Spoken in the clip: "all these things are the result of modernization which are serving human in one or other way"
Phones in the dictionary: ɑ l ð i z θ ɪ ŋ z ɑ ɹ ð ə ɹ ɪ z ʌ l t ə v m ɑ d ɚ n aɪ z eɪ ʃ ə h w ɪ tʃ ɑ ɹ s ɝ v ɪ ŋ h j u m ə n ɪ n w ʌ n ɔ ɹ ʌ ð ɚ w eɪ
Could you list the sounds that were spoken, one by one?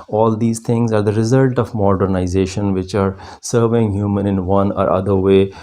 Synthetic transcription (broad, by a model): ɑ l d i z t ɪ ŋ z ɑ ɹ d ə ɹ ɪ z ʌ l t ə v m ɑ d ɚ n aɪ z eɪ ʃ ə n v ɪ tʃ ɑ ɹ s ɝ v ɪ ŋ h j u m ə n ɪ n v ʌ n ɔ ɹ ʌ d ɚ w eɪ